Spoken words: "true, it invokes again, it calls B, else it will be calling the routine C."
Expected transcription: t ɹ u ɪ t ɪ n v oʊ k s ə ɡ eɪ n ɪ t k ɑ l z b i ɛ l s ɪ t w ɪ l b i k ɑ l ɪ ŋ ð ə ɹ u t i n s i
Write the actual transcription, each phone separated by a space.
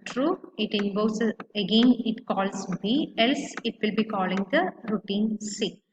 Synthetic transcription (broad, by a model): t ɹ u ɪ t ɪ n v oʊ s ə ɡ eɪ n ɪ t k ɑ l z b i ɛ l s ɪ t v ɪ l b i k ɑ l ɪ ŋ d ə ɹ u t i n s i